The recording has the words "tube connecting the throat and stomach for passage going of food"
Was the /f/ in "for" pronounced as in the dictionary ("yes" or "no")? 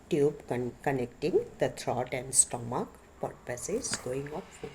no